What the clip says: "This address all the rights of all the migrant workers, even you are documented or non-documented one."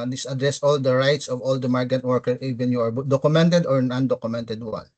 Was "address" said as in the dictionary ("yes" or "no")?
yes